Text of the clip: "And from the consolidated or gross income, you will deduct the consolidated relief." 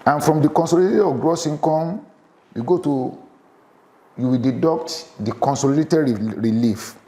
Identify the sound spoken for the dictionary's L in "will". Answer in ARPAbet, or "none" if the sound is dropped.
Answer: W